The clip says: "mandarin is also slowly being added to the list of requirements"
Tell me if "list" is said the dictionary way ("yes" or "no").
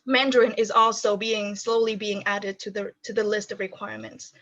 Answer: yes